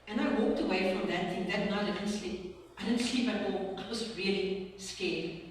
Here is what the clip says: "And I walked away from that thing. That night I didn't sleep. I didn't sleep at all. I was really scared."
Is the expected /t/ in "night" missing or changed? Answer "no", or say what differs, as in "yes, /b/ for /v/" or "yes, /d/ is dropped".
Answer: yes, /t/ is dropped